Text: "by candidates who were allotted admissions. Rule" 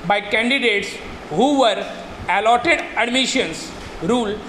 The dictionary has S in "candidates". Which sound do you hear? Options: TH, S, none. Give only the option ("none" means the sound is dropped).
S